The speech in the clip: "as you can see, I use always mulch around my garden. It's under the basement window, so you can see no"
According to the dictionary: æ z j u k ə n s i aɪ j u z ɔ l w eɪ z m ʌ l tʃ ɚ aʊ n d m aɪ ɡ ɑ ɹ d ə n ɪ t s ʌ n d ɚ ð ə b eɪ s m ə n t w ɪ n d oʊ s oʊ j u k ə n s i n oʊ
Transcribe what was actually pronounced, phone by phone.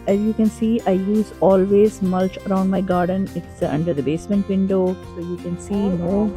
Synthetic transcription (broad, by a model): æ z j u k ə n s i aɪ j u z ɔ l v eɪ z m ʌ l tʃ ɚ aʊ n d m aɪ ɡ ɑ ɹ d ə n ɪ t s ʌ n d ɚ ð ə b eɪ s m ə n t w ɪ n d oʊ s oʊ j u k ə n s i n oʊ